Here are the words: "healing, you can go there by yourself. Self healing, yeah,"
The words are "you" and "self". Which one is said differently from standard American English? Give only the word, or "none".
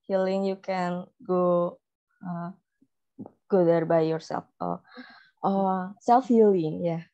none